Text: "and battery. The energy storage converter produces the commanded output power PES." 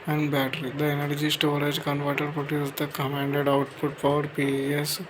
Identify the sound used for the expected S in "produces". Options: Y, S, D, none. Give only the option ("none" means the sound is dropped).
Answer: none